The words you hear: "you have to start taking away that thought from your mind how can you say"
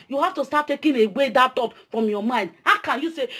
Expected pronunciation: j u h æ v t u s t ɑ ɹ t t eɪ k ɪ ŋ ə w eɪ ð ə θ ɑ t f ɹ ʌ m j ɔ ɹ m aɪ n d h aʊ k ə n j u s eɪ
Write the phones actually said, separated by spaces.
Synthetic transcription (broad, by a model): j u h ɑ f t u s t ɑ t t eɪ k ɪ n ə w eɪ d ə t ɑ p f ɹ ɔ m j ɔ m aɪ n d h aʊ k ə n j u s eɪ